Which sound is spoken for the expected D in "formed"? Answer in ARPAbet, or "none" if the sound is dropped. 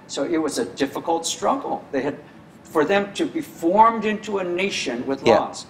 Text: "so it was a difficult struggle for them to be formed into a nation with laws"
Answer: D